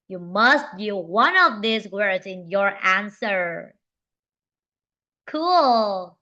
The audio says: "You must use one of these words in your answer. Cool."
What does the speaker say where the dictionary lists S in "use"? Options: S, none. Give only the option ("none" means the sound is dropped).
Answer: none